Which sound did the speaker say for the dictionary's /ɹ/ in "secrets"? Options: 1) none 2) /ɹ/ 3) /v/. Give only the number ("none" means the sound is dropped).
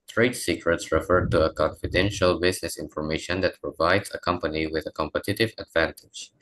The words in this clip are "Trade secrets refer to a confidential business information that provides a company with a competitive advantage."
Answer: 2